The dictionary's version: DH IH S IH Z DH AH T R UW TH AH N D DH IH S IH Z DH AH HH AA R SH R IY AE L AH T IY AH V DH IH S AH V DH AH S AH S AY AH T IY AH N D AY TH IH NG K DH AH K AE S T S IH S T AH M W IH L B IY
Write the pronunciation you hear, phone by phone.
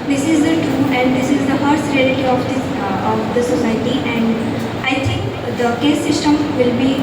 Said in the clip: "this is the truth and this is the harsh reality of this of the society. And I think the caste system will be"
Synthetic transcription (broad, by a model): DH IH S IH Z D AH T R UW AH N D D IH S IH Z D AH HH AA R S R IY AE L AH T IY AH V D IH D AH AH S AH S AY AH T IY AH N D AY T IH NG K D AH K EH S S IH S T AH M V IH L B IY